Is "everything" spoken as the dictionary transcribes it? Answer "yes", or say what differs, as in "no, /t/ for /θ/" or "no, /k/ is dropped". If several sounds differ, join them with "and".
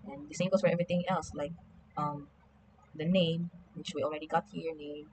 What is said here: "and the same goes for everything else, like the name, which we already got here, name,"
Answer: no, /t/ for /θ/